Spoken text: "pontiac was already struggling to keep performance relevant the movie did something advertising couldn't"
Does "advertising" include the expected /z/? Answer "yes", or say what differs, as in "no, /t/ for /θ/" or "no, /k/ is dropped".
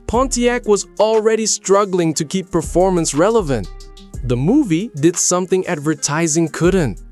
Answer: yes